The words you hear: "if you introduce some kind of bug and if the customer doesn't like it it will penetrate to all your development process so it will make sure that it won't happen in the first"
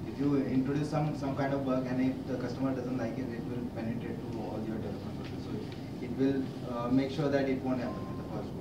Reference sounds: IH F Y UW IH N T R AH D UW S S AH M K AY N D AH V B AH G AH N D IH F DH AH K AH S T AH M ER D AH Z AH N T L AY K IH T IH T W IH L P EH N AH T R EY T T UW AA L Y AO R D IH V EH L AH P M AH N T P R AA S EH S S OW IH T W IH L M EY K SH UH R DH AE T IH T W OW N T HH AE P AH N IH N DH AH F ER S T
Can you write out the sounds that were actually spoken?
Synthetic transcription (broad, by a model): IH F Y UW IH N T R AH D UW S S AH M K AY N D AH V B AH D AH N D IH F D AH K AH S T AH M ER D AH Z AH N T L AY K IH T IH T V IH L P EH N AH T R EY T T UW AA L Y AO R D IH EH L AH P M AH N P AA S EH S S OW IH T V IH L M EY K SH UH R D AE T IH T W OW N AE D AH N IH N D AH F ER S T